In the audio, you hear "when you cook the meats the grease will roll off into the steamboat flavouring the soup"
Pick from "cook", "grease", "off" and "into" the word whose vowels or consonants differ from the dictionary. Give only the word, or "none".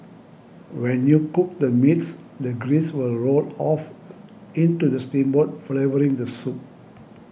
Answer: none